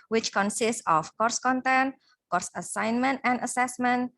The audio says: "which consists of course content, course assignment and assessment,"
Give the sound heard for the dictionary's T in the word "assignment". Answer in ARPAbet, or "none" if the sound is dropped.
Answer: T